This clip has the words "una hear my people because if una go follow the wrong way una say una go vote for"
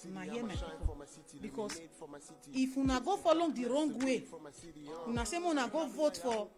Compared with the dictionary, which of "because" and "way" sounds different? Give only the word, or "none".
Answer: because